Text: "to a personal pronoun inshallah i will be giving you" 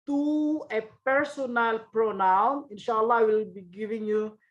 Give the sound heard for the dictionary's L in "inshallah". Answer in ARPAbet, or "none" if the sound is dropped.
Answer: L